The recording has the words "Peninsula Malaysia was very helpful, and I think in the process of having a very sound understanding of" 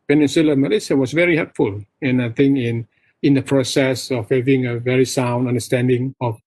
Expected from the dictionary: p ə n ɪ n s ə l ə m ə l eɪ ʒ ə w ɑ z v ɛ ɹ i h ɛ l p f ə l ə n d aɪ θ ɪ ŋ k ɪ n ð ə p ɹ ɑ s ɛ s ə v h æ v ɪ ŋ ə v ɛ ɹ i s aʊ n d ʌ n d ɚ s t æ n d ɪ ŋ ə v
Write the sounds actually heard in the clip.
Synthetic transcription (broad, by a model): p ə n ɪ n s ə l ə m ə l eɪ s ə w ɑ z v ɛ ɹ i h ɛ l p f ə l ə n aɪ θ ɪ ŋ k ɪ n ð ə p ɹ ɑ s ɛ s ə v h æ v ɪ ŋ ə v ɛ ɹ i s aʊ n d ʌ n d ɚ s t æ n d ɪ ŋ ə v